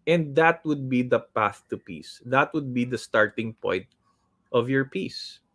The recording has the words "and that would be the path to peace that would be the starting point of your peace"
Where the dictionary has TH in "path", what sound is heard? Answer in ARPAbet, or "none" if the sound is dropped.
TH